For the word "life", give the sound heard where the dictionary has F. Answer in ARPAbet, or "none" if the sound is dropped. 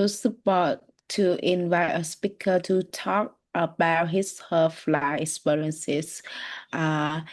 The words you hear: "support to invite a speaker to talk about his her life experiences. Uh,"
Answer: none